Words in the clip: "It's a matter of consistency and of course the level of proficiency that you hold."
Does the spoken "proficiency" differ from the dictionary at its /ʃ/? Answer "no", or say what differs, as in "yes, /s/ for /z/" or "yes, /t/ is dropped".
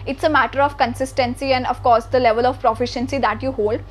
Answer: no